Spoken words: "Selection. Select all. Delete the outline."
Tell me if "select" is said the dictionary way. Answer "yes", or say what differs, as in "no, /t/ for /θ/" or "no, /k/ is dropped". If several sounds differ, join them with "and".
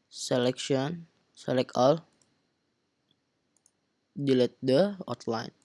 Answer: no, /t/ is dropped